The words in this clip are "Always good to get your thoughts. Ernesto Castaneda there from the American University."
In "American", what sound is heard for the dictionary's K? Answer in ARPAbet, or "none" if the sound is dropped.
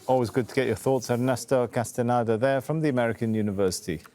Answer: K